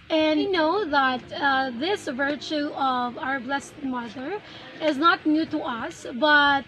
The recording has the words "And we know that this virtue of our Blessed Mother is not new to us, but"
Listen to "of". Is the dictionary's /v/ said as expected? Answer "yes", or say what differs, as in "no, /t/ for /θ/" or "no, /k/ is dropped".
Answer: yes